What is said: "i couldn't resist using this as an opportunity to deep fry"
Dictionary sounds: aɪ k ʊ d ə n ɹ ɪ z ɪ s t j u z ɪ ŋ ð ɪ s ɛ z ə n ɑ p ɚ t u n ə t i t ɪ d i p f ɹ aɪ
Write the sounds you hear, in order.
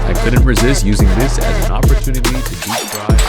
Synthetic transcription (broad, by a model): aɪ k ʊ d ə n ɹ ɪ z ɪ s t j u z ɪ ŋ ð ɪ s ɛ z ə n ɑ p ɚ t u n ə t i t ɪ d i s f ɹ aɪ